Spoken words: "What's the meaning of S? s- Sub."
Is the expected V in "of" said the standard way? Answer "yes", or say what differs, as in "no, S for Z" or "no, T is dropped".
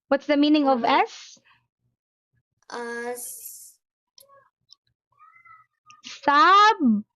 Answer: yes